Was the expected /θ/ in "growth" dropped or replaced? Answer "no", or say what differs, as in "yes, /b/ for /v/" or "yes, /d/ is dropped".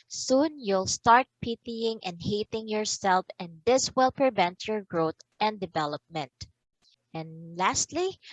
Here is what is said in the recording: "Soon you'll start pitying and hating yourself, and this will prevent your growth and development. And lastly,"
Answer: yes, /t/ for /θ/